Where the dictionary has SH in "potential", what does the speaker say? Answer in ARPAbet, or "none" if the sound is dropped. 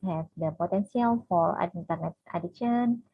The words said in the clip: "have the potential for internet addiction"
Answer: S